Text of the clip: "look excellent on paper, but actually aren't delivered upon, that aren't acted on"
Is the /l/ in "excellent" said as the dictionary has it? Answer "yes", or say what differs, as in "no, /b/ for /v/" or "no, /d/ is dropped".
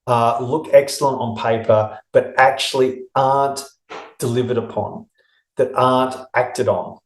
yes